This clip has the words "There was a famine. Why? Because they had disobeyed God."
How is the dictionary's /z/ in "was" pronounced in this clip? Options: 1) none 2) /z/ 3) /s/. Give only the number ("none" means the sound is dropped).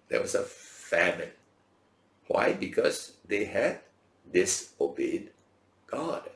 3